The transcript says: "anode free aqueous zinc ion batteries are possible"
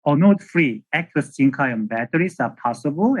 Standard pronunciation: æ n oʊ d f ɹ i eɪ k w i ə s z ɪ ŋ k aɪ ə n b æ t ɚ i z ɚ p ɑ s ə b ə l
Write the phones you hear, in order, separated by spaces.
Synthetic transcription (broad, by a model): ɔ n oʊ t f ɹ i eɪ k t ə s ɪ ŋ k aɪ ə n b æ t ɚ i s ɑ p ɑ s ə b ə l